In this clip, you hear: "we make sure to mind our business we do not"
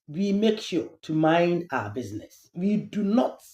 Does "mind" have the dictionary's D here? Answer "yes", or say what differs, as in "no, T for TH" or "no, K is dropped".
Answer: yes